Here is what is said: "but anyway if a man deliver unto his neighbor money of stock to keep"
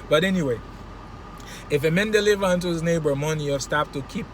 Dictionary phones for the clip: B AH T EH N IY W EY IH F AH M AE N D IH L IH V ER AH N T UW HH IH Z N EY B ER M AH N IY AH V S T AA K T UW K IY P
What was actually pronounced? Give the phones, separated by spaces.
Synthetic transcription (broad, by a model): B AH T EH N IY W EY IH F AH M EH N D IH L IH V ER AH N T UW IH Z N EY B ER M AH N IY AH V S T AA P T UW K IY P